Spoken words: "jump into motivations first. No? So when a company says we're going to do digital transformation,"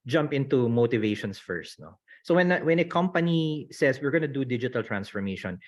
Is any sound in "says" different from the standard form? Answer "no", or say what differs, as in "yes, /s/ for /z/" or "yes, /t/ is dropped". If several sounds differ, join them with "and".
yes, /s/ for /z/